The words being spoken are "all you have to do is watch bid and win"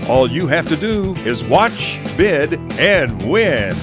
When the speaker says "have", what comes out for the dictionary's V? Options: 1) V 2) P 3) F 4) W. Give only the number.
3